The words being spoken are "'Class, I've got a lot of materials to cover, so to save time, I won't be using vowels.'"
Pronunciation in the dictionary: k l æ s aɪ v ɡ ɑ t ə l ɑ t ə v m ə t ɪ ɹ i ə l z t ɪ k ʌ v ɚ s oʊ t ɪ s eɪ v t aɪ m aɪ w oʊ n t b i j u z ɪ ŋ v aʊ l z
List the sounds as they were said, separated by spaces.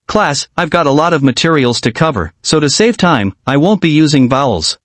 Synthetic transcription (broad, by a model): k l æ s aɪ v ɡ ɑ t ə l ɑ t ə v m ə t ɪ ɹ i l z t ɪ k ʌ v ɚ s oʊ t ɪ s eɪ v t aɪ m aɪ w oʊ n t b i j u z ɪ ŋ v aʊ l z